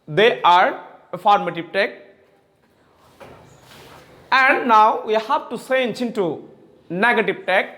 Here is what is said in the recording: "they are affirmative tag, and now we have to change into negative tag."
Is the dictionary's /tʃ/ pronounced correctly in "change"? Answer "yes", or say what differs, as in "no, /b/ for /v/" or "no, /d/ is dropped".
no, /s/ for /tʃ/